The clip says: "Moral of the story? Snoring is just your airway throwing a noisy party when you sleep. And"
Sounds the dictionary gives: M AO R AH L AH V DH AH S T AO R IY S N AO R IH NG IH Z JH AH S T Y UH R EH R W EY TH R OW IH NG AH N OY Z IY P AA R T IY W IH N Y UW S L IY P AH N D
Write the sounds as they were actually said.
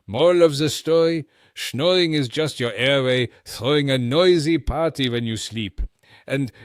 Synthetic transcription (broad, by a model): M AO R L AH V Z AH S T AO R IY SH N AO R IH NG IH Z JH AH S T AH R EH R W EY TH R OW IH NG AH N OY Z IY P AA R T IY W IH N Y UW S L IY P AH N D